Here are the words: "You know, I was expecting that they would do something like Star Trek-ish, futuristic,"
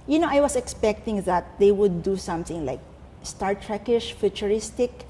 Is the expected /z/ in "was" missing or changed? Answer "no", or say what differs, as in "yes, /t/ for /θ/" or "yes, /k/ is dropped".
yes, /s/ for /z/